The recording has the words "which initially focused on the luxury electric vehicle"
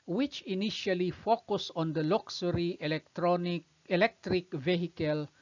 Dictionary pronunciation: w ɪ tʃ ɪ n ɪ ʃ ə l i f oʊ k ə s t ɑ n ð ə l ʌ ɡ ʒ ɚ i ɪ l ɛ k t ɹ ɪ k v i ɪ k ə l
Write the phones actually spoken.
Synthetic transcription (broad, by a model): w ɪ tʃ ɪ n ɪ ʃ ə l i f oʊ k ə s ɑ n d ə l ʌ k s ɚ i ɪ l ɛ k t ɹ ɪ k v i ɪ k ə l